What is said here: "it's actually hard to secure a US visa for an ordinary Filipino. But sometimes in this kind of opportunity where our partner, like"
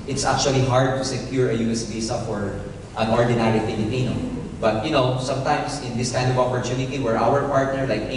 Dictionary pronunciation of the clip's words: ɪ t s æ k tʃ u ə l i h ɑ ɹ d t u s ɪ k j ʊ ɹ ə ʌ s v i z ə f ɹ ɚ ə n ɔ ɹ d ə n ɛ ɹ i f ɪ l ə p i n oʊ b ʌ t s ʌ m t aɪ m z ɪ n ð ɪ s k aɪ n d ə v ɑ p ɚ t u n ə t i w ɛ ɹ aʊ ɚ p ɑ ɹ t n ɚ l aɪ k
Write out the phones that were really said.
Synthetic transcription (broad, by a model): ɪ t s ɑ k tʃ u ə l i h ɑ ɹ d t u s ɪ k j ʊ ɹ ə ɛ s b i s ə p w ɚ ə n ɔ ɹ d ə n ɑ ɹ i f ɪ l ə p i n oʊ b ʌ t s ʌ m t aɪ m s ɪ n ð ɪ s k aɪ n d ə v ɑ p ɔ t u n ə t i w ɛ ɹ aʊ ɚ p ɑ ɹ t n ɚ l aɪ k